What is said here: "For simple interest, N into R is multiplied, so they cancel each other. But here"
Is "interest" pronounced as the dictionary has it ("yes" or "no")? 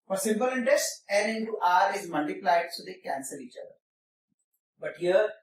yes